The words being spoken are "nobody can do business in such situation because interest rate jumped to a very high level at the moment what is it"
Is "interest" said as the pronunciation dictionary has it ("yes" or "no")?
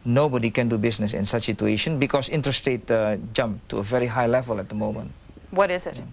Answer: no